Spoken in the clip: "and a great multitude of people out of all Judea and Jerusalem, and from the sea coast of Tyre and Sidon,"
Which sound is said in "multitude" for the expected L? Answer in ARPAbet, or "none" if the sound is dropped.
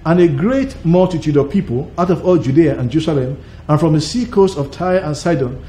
L